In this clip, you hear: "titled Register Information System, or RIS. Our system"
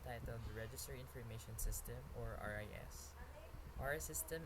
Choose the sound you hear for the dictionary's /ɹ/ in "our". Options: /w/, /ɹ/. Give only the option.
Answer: /ɹ/